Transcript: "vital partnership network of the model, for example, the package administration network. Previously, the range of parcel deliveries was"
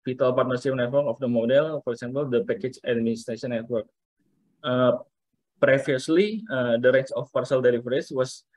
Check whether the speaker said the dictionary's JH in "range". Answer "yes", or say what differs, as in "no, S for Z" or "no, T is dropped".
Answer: no, CH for JH